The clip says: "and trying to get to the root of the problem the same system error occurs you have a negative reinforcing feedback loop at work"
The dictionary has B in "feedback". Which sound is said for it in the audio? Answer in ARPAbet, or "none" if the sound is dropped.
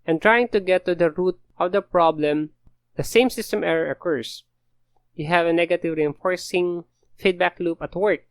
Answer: B